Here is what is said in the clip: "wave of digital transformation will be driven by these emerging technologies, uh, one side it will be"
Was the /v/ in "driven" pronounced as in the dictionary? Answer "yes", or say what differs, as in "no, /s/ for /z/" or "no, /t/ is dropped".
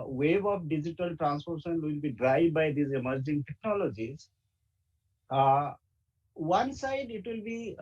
no, /v/ is dropped